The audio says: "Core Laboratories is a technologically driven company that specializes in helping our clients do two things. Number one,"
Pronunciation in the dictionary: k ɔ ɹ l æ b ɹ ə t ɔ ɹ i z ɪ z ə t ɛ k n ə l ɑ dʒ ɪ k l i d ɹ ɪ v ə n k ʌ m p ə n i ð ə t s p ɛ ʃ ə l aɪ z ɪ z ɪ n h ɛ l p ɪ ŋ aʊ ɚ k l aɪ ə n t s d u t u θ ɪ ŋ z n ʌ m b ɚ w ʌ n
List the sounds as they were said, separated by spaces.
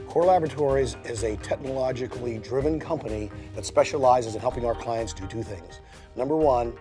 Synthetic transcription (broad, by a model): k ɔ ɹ l æ b ɹ ə t ɔ ɹ i z ɪ z ə t ɛ k n ə l ɑ dʒ ɪ k l i d ɹ ɪ v ə n k ʌ m p ə n i ð ə t s p ɛ ʃ ə l aɪ z ɪ z ɪ n h ɛ l p ɪ ŋ aʊ ɚ k l aɪ ə n t s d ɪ t u θ ɪ ŋ z n ʌ m b ɚ w ʌ n